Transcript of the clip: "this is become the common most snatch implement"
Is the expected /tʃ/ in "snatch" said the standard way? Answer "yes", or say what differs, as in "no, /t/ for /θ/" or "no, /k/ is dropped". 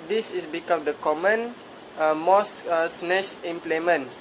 no, /ʃ/ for /tʃ/